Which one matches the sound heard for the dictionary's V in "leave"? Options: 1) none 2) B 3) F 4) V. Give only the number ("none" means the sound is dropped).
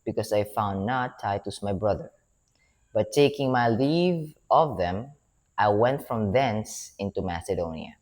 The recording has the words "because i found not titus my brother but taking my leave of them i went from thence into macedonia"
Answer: 4